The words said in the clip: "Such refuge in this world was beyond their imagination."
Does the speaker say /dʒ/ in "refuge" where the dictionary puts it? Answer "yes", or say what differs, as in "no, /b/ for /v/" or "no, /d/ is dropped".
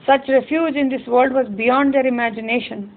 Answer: yes